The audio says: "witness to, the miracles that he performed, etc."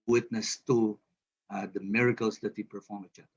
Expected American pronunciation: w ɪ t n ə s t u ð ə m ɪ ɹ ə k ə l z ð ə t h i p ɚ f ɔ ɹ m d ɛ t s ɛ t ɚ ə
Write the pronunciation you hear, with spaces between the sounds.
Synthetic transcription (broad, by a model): w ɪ t n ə s t u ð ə m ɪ ɹ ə k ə l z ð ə t h i p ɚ f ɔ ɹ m ɛ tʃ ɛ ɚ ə